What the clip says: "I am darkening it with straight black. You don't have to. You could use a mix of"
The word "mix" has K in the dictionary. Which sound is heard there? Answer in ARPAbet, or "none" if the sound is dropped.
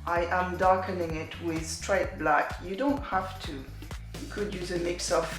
K